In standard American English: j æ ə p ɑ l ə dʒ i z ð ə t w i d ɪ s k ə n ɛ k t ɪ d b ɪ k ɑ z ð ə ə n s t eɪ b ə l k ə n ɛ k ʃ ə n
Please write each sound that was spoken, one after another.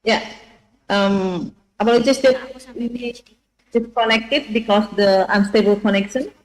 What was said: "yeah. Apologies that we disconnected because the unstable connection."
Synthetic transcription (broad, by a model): j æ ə b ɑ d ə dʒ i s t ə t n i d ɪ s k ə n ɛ k t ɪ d b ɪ k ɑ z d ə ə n s t eɪ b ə l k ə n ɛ k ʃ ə n